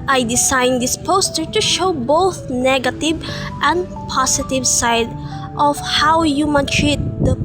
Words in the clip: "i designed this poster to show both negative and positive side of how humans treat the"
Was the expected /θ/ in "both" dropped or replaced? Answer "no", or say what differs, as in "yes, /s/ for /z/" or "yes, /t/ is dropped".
no